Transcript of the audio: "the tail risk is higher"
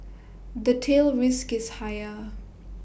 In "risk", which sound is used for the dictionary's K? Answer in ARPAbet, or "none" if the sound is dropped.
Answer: K